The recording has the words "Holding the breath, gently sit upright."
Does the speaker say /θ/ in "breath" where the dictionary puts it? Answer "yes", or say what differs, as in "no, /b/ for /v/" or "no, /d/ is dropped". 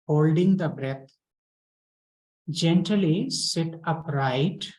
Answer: no, /t/ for /θ/